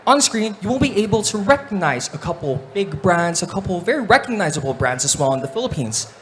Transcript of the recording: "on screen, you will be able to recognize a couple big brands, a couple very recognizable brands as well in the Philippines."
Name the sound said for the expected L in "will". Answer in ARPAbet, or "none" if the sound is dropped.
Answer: N